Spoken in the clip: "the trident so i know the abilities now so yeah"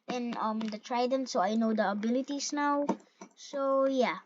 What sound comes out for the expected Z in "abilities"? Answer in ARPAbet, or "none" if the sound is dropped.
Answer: S